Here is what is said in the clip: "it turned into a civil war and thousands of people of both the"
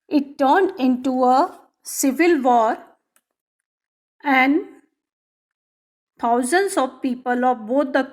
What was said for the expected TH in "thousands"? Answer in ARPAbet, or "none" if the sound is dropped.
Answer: T